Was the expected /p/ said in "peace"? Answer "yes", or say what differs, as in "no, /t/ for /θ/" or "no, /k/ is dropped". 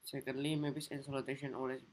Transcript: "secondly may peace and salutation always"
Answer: no, /b/ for /p/